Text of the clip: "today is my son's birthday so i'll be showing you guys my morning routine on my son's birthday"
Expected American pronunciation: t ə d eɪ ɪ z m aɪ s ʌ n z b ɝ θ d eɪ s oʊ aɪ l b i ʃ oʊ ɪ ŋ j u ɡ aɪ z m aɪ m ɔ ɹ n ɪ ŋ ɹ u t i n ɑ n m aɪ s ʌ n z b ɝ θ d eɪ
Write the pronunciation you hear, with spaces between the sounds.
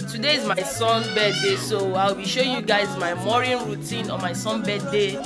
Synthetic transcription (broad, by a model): t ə d eɪ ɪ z m aɪ s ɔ n b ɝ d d eɪ s oʊ aɪ w b i ʃ oʊ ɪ j u ɡ aɪ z m aɪ m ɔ ɹ ɪ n ɹ u t i n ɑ m aɪ s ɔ n b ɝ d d eɪ